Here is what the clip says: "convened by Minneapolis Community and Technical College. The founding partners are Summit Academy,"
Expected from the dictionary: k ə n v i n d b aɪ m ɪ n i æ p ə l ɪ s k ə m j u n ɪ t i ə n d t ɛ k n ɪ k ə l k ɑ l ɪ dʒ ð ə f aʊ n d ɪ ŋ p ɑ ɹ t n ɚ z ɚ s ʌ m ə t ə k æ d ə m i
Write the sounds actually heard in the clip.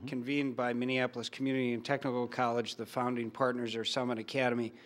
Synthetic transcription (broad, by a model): k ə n v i n b aɪ m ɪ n i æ p l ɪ s k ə m j u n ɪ t i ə n t ɛ k n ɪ k l k ɑ l ɪ dʒ ð ə f aʊ n d ɪ ŋ p ɑ ɹ t n ɚ z ɚ s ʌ m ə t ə k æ d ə m i